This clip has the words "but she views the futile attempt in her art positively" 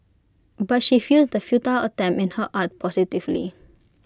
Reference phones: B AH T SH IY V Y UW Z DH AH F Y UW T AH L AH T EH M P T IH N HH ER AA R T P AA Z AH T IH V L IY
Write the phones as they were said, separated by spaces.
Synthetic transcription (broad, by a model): B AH T SH IY F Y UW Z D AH F Y UW T AH L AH T EH M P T IH N HH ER AA T P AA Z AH T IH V L IY